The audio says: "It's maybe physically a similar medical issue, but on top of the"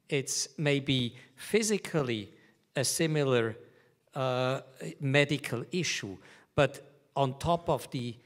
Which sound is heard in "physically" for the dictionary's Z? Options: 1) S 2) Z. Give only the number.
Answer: 2